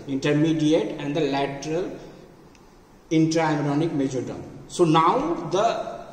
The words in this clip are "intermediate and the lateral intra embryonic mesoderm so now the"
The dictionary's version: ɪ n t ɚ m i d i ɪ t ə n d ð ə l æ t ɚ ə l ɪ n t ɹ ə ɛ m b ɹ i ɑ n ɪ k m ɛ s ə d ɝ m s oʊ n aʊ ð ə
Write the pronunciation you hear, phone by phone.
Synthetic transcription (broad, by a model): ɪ n t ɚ m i d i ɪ t ə n d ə l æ t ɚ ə l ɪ n t ɹ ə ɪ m ɹ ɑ n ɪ k m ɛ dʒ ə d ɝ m s oʊ n aʊ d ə